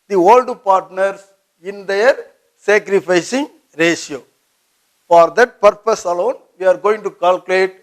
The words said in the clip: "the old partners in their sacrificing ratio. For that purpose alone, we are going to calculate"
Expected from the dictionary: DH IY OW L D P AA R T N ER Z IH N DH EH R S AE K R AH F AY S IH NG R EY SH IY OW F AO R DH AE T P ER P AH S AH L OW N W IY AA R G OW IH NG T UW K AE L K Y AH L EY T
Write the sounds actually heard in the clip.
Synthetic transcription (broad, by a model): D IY OW L D P AA R T N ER S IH N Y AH R S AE K R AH F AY S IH NG R EY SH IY OW F AO R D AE T P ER P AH S AH L OW N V IY AA R G OW IH NG T UW K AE L K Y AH L EY T